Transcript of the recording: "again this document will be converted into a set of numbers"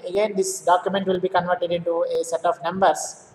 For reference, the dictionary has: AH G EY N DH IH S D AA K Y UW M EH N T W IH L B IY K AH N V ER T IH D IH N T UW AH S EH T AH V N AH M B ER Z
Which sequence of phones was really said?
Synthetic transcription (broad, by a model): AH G EY N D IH S D AA K Y UW M EH N T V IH L B IY K AH N V ER T IH D IH N T UW AH S EH T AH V N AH M B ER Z